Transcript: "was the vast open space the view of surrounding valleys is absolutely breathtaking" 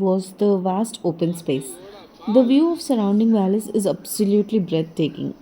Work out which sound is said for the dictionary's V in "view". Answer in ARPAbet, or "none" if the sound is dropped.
V